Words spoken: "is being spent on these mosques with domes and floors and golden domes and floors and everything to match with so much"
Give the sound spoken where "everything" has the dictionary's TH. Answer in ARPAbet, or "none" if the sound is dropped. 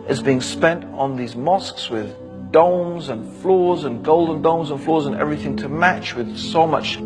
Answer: TH